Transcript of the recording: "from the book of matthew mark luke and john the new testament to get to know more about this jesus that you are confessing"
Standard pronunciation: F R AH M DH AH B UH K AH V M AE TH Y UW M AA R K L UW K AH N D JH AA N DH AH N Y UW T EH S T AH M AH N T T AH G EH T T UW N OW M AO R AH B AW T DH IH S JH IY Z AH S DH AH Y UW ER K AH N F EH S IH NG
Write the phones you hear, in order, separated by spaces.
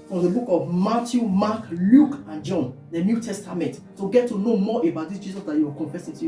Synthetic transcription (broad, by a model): F R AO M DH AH B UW K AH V M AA T Y UW M AA K L UW K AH N JH AA N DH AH N Y UW T EH S T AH M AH N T T AH G EH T T UW N OW M AO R AH B AW T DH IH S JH IY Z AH S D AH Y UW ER K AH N F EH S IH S